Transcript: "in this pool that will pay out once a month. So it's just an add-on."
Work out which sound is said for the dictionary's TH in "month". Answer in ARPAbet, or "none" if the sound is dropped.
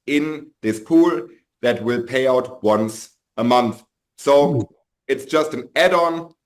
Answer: TH